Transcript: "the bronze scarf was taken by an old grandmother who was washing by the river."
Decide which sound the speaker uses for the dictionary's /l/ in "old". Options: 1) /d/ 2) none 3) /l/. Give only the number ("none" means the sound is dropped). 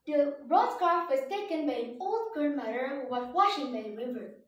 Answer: 3